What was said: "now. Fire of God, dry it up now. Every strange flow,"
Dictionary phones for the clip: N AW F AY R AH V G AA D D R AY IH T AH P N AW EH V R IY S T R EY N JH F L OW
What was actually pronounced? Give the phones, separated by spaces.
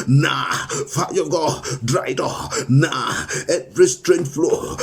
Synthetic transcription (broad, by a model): N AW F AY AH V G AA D D R AY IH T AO F N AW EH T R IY S T R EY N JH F L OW